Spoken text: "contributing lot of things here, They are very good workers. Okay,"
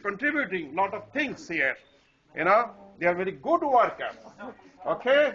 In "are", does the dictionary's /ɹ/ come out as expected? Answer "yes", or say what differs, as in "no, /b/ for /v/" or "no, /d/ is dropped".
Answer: yes